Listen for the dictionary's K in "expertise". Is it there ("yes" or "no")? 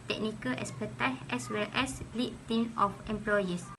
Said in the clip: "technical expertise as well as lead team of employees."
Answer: no